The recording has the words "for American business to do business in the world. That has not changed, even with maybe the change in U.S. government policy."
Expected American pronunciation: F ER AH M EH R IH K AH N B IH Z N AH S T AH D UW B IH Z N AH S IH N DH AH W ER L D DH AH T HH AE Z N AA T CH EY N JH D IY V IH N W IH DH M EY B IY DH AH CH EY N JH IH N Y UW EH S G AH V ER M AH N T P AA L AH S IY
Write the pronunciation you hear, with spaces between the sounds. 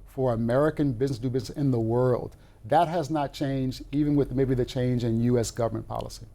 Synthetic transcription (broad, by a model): F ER AH M EH R IH K AH N B IH Z N AH S D UW B IH Z N AH S IH N DH AH W ER L D DH AH T HH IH Z N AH T CH EY N JH D IY V IH N W IH DH M EY B IY DH AH CH EY N JH IH N Y UW EH S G AH V ER M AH N P AA L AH S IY